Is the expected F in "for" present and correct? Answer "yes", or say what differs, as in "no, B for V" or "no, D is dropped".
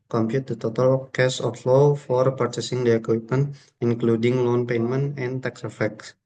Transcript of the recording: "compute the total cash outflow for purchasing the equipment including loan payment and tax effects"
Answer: yes